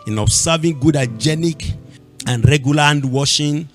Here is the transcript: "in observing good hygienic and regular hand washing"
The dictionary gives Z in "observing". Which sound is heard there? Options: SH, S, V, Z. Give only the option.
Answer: S